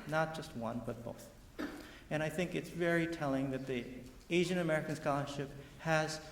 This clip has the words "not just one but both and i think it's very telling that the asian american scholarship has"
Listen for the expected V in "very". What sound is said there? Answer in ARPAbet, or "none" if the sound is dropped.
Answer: V